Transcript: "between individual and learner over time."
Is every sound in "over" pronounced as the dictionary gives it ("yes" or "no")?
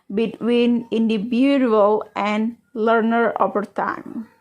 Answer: no